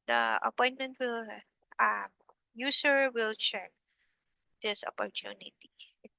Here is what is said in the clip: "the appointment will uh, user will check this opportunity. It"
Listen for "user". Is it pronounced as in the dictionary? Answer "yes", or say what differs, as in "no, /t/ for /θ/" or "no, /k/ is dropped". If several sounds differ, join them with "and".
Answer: no, /s/ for /z/